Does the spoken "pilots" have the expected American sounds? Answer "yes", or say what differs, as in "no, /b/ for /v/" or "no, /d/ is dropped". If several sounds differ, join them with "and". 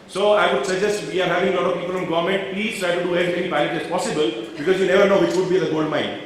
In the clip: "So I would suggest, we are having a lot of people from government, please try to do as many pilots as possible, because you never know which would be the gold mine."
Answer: no, /s/ is dropped